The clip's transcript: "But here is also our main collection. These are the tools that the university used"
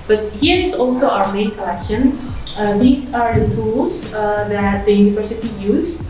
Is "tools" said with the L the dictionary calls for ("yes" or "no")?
no